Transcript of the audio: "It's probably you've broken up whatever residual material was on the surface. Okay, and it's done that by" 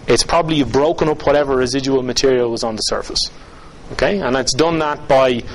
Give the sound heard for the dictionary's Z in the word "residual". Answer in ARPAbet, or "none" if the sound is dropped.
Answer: Z